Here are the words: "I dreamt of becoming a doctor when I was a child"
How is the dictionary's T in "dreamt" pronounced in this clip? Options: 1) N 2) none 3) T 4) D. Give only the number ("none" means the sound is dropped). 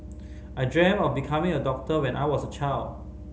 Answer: 2